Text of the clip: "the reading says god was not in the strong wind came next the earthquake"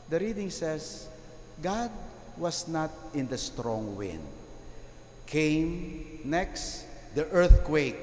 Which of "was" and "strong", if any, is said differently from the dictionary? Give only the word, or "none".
was